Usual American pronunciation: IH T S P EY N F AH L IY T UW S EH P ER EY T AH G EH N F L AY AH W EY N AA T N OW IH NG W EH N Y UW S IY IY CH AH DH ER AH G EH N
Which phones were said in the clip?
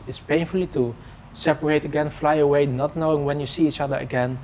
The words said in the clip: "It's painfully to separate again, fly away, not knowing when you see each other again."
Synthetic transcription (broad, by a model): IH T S P EY N F AH L IY T UW S EH P ER EY T AH G EH N F L AY AH W EY N AA T N OW IH NG W EH N Y UW S IY IY CH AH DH ER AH G EH N